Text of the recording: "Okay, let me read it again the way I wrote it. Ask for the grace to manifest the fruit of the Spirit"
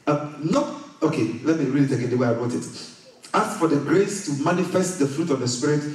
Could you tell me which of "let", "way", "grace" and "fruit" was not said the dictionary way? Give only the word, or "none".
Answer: none